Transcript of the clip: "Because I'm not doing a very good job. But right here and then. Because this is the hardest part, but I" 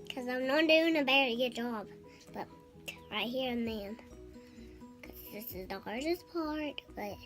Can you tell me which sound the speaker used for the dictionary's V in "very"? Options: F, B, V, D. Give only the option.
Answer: B